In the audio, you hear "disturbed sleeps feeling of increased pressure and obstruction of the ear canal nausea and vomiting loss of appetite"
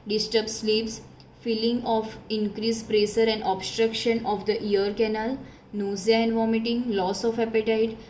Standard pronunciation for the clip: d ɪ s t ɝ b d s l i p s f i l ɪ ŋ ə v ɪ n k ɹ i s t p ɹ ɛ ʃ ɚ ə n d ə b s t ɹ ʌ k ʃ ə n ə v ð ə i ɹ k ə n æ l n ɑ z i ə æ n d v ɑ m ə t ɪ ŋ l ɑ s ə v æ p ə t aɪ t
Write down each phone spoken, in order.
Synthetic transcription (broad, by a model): d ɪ s t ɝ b s l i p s f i l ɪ ŋ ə f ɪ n k ɹ i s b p ɹ ɛ s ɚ ə n d ə b s t ɹ ʌ k ʃ ə n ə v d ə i ɹ k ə n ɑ l n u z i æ n v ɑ m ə t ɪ ŋ l ɑ s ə f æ p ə t aɪ t